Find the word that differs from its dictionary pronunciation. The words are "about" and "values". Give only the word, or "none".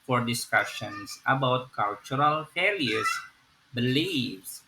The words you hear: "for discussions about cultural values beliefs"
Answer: values